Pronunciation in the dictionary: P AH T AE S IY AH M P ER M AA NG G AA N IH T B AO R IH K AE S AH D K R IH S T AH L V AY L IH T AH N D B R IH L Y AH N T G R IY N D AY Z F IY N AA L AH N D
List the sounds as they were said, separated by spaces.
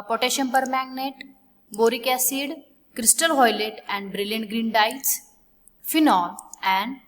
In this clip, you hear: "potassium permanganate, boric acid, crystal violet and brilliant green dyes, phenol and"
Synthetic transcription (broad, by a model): P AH T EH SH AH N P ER M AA G N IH T B AO R IH K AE S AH D K R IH S T AH L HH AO L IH T AH N D B R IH L Y AH N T G R IY N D AY S F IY N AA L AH N D